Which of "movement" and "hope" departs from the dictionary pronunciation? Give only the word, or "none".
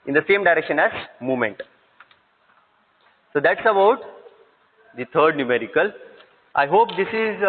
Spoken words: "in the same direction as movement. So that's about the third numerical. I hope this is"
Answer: movement